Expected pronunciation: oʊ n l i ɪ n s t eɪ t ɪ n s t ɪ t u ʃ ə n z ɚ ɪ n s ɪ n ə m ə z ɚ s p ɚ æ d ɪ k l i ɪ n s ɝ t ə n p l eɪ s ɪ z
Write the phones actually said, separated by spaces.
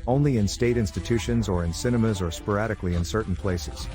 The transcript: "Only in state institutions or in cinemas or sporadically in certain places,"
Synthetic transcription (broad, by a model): oʊ n l i ɪ n s t eɪ t ɪ n s t ɪ t u ʃ ə n z ɚ ɪ n s ɪ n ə m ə z ɚ s p ɚ æ d ɪ k l i ɪ n s ɝ t n p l eɪ s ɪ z